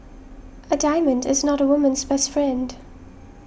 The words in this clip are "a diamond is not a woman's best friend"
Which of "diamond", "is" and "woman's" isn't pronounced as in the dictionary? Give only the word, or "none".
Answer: none